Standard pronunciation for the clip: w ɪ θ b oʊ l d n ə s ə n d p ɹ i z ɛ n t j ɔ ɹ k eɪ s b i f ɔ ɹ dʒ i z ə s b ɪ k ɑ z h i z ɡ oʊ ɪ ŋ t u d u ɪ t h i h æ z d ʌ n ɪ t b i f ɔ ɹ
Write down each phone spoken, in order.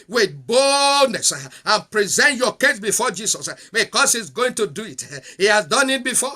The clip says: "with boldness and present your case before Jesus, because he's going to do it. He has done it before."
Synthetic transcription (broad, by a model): w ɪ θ b oʊ l d n ə s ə n p ɹ i z ɛ n t j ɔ k eɪ s b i f ɔ dʒ i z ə s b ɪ k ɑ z h i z ɡ oʊ ɪ ŋ t u d u ɪ t h i h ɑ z d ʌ n ɪ t b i f ɔ